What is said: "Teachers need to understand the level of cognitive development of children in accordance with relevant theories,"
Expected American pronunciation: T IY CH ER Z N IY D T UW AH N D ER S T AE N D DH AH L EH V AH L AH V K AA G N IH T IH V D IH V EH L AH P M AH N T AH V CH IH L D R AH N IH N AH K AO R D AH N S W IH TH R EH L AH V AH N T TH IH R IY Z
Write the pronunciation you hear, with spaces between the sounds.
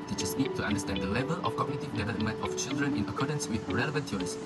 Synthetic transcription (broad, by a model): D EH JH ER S N IY D T UW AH N D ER S T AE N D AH L EH V AH L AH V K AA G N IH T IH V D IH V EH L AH M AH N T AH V CH IH L D R AH N IH N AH K AO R D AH N S W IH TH R EH L AH V AH N T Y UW R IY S